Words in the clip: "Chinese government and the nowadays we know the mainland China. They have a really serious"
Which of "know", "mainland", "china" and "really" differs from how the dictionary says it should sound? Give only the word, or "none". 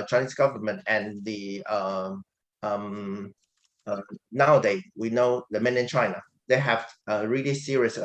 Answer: mainland